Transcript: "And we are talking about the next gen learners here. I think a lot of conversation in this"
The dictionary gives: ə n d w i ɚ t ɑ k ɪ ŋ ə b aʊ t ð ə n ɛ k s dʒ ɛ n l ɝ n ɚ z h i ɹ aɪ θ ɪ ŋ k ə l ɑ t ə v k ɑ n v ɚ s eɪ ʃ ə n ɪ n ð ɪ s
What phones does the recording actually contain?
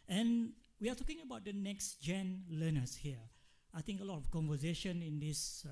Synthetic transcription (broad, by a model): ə n w i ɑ t ɑ k ɪ ŋ ə b aʊ t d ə n ɛ k s dʒ ɛ n l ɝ n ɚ s h i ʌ aɪ t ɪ ŋ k ə l ɑ t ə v k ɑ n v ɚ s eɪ ʃ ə n ɪ n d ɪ s